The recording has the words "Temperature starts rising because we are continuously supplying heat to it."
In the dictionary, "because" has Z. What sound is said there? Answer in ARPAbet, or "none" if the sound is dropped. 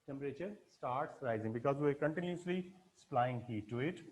Z